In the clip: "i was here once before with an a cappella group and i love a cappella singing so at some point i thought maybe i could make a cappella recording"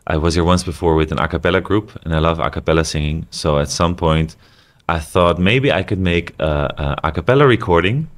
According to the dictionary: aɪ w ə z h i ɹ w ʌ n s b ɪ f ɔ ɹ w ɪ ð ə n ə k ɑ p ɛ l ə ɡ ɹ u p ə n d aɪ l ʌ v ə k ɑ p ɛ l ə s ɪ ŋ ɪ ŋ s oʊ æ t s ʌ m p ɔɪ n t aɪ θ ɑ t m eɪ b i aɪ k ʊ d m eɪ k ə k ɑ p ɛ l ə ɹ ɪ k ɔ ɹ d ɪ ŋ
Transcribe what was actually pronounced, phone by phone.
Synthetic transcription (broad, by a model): aɪ w ə z h i ɹ w ʌ n s b ɪ f ɔ ɹ w ɪ ð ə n ə k ɑ p ɛ l ə ɡ ɹ u p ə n aɪ l ʌ v ə k ɑ p ɛ l ə s ɪ ŋ ɪ ŋ s oʊ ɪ t s ʌ m p ɔɪ n t aɪ θ ɑ t m eɪ b i aɪ k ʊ d m eɪ k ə k ɑ p ɛ l ə ɹ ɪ k ɔ ɹ d ɪ ŋ